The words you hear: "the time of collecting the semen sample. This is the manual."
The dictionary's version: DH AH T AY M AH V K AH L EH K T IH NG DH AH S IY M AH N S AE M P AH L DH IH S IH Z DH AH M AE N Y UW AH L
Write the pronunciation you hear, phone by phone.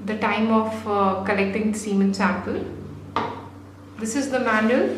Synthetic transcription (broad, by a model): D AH T AY M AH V K AH L EH K T IH NG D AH S IY M AH N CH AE P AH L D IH S IH Z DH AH M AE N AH